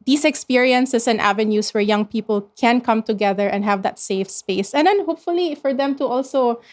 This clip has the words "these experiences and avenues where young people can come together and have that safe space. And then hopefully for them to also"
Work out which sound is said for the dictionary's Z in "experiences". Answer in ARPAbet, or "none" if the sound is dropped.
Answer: S